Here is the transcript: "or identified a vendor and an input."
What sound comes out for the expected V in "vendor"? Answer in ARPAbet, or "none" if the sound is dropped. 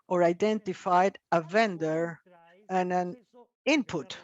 V